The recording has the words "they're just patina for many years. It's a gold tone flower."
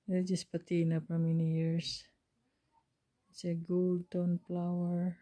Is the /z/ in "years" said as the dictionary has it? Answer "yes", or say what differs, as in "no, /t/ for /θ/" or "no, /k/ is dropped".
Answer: no, /s/ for /z/